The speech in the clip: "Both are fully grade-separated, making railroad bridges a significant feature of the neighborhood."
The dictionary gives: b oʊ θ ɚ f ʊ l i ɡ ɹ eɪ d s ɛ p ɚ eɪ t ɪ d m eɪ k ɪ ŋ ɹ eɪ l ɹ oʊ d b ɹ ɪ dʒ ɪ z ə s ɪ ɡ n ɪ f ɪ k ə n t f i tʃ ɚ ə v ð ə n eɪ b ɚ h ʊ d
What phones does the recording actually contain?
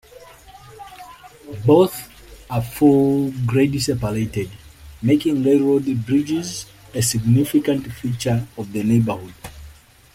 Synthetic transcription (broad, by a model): b oʊ θ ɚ f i ɡ ɹ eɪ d s ɛ p ɚ eɪ t ɪ d m eɪ k ɪ ŋ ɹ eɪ ɹ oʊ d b ɹ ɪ dʒ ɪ z ə s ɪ ɡ n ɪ f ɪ k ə n t f i tʃ ɚ ə v ð ə n eɪ b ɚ h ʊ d